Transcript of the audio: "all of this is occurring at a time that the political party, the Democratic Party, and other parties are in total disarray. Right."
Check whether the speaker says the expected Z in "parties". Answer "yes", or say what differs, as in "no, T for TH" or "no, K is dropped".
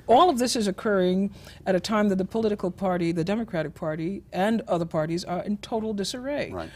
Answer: yes